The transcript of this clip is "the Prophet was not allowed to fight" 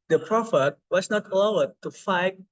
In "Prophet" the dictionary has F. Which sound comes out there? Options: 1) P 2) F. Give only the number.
2